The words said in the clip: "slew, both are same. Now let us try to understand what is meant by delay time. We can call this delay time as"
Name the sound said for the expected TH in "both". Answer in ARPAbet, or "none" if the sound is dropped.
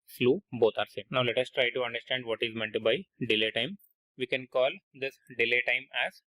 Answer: T